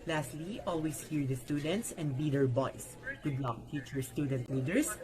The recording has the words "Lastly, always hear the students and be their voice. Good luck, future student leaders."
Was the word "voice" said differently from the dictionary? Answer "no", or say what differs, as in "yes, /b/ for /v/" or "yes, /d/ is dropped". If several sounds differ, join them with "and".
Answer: yes, /b/ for /v/